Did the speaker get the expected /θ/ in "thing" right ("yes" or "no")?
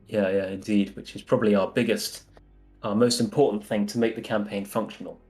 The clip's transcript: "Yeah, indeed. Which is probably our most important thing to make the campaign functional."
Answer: yes